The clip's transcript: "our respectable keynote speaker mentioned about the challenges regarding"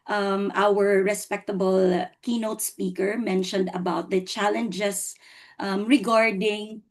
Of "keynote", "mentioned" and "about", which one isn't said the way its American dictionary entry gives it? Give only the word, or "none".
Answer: none